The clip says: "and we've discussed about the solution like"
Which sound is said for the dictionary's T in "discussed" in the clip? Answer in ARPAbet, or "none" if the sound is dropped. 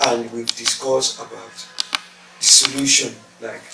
none